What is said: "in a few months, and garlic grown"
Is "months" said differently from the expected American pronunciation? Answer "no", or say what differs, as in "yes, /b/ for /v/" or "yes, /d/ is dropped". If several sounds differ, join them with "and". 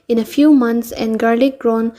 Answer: yes, /t/ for /θ/